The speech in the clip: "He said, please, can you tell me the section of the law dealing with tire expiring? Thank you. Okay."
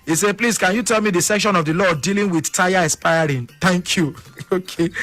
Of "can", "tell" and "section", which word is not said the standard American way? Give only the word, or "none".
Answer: none